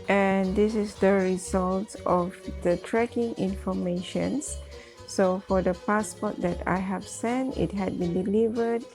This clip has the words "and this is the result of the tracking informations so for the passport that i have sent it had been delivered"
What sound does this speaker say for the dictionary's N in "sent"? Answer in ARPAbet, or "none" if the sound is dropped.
N